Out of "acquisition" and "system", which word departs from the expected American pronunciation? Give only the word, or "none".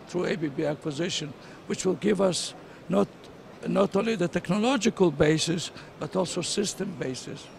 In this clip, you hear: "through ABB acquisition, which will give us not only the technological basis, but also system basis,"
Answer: none